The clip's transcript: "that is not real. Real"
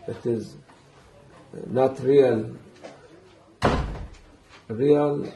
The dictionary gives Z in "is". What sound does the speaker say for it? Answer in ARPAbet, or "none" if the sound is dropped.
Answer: Z